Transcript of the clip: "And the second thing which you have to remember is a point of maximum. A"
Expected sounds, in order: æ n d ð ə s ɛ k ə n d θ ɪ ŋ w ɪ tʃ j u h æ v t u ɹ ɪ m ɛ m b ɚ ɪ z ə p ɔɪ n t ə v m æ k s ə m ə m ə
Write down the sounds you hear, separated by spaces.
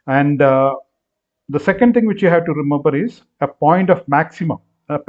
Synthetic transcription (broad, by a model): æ n d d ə s ɛ k ə n d t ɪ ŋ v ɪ tʃ j u h æ v t u ɹ ɪ m ɛ m b ɚ ɪ z ə p ɔɪ n t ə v m æ k s ə m ə m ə